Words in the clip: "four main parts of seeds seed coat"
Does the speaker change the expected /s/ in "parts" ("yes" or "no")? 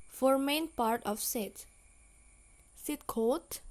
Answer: yes